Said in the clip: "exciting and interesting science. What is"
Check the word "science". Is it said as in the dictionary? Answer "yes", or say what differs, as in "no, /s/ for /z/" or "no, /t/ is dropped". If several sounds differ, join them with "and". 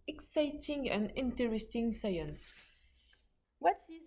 yes